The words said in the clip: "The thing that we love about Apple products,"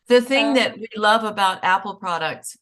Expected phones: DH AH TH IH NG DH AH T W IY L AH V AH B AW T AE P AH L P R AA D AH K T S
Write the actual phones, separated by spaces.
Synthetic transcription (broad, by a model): DH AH TH IH NG DH AH T W IY L AH V AH B AW T AE P L P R AA D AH K T S